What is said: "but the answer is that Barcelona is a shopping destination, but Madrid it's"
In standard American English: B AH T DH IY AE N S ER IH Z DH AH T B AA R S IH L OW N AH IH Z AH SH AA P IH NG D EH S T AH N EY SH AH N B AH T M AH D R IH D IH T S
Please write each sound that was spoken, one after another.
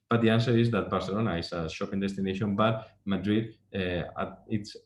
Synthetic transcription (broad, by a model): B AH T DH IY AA N S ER IH Z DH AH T B AA R S IH L OW N AH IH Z AH SH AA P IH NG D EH S T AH N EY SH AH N B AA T M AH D R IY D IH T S